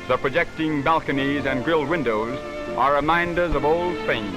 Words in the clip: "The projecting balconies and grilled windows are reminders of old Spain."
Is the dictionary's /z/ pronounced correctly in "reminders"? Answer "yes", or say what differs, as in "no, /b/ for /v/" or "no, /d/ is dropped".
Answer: yes